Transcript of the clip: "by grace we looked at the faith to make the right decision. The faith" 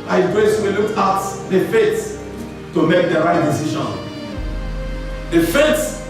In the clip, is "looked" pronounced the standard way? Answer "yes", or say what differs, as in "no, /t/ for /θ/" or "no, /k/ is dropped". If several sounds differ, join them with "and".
no, /t/ is dropped